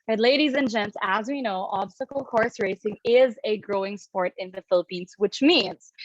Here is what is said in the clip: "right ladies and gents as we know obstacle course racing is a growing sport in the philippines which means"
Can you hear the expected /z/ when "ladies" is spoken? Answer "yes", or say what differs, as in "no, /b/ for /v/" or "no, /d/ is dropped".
yes